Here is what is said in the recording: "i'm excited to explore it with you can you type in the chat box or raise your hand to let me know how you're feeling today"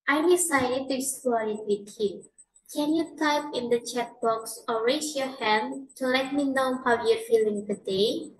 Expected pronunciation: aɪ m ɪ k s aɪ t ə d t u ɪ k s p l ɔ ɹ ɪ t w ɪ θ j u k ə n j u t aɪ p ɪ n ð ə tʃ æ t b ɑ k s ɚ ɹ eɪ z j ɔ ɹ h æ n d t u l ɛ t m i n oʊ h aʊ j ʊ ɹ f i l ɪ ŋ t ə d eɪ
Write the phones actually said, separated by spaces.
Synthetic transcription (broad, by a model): aɪ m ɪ s aɪ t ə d t u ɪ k s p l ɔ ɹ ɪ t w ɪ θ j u k ə n j u t aɪ p ɪ n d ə tʃ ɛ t b ɑ k s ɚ ɹ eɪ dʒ j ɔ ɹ h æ n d t u l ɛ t m i n oʊ h aʊ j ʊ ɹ f i l ɪ ŋ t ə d eɪ